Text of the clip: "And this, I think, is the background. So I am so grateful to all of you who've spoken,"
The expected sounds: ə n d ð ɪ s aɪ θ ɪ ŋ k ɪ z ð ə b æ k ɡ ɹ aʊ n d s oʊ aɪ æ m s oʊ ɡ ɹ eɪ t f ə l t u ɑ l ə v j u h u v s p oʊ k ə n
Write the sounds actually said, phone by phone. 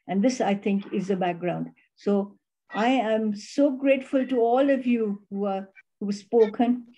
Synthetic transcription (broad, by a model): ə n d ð ɪ s aɪ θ ɪ ŋ k ɪ z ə b æ k ɡ ɹ aʊ n d s oʊ aɪ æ m s oʊ ɡ ɹ eɪ t f ə l t u ɑ l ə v j u h u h s p oʊ k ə n